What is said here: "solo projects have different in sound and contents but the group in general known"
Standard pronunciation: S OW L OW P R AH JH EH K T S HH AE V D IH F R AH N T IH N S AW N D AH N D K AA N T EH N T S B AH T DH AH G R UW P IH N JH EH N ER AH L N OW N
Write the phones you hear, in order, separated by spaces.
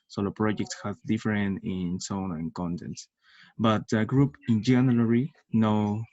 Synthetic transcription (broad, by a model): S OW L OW P R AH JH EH K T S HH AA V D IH F R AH N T IH N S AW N AH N K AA N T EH N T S B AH T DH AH G R UW P IH N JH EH N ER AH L N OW